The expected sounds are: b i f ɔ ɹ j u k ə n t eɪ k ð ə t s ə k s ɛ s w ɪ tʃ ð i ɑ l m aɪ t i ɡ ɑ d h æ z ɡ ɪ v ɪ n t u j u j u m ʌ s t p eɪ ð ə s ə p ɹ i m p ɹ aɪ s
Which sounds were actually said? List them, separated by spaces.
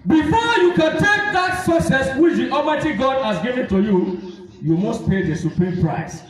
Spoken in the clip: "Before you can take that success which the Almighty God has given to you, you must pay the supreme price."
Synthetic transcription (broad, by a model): b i f ɔ j u k ə n t eɪ k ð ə t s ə s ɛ s w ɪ tʃ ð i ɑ m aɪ t i ɡ ɑ d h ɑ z ɡ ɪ v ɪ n t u j u j u m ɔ s t p eɪ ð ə s ə p ɹ i m p ɹ aɪ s